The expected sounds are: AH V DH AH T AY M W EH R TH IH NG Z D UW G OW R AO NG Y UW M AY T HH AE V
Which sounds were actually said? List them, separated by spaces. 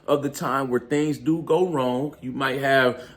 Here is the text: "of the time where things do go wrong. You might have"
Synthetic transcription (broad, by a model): AH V DH AH T AY M W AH R TH IH NG Z D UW G OW R AO NG Y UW M AY T HH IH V